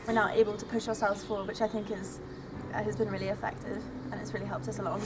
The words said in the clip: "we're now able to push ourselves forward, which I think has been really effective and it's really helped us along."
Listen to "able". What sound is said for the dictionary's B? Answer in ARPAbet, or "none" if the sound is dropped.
B